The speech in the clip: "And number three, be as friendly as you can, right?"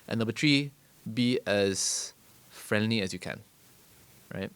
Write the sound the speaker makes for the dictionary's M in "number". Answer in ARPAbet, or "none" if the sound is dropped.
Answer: none